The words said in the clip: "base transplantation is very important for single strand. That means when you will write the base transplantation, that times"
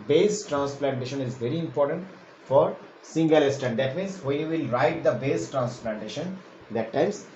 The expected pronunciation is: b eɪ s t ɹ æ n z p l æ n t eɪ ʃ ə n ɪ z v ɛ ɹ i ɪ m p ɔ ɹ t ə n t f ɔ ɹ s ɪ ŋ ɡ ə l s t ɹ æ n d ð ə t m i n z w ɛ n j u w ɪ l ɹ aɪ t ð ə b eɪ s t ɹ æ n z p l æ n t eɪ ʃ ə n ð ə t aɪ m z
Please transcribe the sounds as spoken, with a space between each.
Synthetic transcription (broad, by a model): b eɪ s t ɹ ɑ n s p l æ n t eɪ ʃ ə n ɪ z v ɛ ɹ i ɪ m p ɔ ɹ t ə n t f ɔ ɹ s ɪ ŋ ɡ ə l s t æ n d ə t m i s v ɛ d j u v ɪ l ɹ aɪ t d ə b eɪ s t ɹ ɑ n s p l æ n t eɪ ʃ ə n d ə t aɪ m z